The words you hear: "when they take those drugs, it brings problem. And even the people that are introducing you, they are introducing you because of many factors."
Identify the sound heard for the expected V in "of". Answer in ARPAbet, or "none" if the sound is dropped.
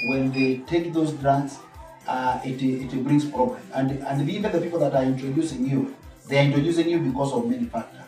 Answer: V